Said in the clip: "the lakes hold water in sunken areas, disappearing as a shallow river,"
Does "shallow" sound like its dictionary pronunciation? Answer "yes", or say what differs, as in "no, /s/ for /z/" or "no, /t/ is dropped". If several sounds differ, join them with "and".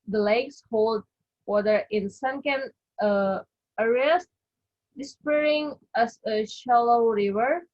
yes